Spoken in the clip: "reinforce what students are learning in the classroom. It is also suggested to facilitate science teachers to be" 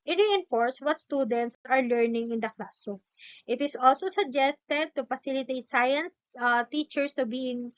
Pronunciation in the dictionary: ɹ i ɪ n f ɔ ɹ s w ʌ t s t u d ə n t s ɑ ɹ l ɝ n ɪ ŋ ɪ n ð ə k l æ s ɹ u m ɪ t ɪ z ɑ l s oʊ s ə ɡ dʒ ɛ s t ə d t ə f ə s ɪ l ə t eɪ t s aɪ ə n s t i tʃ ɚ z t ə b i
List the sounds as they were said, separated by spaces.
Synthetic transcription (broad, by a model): ɹ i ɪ n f ɔ ɹ s w ʌ t s t u d ə n t s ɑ ɹ l ɝ n ɪ ŋ ɪ n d ə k l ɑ s ɔ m ɪ t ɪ s ɑ l s oʊ s ə ɡ dʒ ɛ s t ə d t ə f ə s ɪ l ə t eɪ t s aɪ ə n s t i tʃ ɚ s t ə b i